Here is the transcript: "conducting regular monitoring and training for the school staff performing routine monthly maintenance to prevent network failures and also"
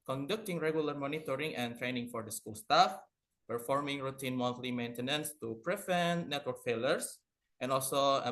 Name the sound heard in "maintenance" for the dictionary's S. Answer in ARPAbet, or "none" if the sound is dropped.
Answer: S